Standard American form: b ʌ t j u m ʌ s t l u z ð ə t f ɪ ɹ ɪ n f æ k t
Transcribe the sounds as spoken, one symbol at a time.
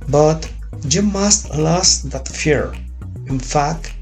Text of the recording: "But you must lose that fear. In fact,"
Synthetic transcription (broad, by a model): b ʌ t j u m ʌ s t l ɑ s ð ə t f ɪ ɹ ɪ n f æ k t